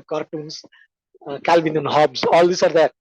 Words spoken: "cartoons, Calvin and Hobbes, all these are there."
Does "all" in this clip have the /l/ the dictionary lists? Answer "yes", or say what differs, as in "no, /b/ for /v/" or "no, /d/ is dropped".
yes